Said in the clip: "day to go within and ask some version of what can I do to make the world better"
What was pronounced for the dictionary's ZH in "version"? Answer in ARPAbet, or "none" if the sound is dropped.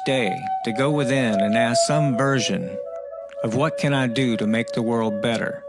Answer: ZH